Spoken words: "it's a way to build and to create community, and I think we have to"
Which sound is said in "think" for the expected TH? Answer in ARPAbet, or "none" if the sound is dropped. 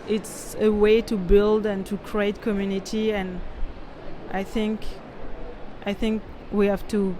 TH